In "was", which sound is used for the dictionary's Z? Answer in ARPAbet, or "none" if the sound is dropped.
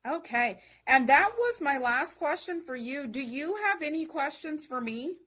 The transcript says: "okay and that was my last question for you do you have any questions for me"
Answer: Z